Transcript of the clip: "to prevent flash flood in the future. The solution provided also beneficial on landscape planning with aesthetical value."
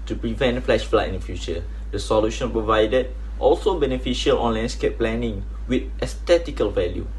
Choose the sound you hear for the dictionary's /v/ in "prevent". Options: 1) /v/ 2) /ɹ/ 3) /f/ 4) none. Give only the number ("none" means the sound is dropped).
1